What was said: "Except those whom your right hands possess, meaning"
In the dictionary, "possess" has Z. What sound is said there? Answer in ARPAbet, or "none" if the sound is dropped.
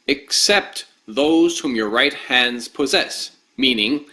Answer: Z